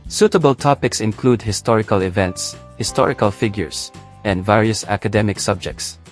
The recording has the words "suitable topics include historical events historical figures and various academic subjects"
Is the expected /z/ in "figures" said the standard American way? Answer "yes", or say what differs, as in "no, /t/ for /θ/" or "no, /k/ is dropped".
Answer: no, /s/ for /z/